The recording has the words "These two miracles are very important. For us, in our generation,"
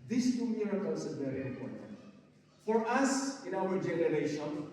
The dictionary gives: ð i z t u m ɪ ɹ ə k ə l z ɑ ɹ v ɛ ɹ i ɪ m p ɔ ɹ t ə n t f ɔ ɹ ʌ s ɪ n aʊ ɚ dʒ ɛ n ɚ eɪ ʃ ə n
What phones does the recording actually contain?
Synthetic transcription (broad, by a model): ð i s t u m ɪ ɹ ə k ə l s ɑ l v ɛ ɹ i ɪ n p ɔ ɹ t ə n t f ɔ ɹ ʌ s ɪ n aʊ ɚ dʒ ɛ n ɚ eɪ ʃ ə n